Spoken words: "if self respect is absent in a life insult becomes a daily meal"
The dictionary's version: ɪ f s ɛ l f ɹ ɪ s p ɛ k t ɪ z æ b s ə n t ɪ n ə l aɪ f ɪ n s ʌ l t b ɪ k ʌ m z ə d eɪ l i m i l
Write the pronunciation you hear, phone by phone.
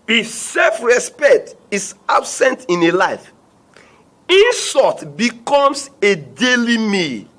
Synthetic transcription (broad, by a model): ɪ s ɛ l f ɹ ɪ s p ɛ k t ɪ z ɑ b s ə n t ɪ n ə l aɪ f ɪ n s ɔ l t b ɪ k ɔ m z ə d eɪ l i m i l